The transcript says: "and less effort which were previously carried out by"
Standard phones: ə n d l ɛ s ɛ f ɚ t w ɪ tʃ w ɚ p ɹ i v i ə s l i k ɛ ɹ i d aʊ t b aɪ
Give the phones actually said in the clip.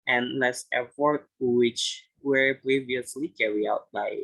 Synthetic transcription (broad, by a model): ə n l ɛ s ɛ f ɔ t w ɪ tʃ w ɚ p ɹ i v i ə s l i k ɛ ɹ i aʊ t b aɪ